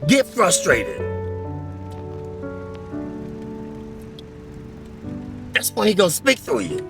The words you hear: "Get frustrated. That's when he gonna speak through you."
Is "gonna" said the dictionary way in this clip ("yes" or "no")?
no